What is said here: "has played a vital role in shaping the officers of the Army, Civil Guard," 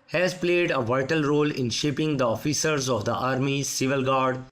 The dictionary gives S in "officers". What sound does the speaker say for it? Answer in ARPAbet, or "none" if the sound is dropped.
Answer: S